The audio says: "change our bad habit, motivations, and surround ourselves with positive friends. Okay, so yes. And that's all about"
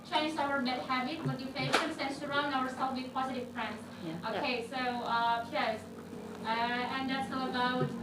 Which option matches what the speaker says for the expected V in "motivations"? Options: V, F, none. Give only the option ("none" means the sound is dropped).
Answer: F